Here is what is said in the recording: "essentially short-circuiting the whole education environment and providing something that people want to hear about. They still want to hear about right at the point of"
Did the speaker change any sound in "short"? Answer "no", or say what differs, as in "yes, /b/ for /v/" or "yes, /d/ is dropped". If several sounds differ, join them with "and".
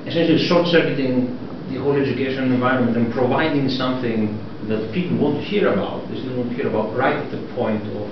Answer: yes, /s/ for /ʃ/